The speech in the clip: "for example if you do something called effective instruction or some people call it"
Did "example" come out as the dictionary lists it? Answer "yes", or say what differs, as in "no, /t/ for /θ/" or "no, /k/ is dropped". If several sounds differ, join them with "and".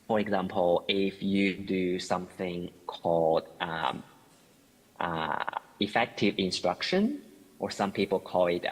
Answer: yes